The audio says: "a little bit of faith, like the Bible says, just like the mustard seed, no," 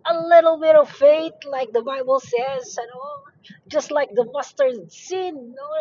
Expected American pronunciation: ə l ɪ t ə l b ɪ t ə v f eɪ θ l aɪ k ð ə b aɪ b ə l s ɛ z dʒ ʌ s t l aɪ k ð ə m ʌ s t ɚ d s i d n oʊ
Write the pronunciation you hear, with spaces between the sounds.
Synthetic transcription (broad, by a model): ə l ɪ t l b ɪ t ə v f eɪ t l aɪ k ð ə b aɪ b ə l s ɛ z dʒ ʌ s t l aɪ k ð ə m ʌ s t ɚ s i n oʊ